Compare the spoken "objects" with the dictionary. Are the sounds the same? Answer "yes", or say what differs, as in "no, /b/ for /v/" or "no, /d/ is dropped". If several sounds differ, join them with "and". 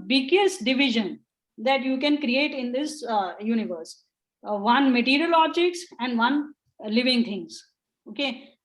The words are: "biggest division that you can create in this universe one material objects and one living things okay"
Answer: no, /b/ is dropped